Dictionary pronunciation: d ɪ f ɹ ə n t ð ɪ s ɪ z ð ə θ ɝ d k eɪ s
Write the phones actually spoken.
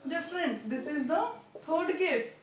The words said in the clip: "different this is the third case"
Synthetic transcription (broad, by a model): d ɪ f ɹ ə n t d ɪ s ɪ z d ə t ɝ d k eɪ s